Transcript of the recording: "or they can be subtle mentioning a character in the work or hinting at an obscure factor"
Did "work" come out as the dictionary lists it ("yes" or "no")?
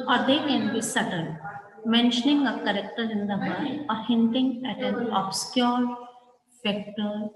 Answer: no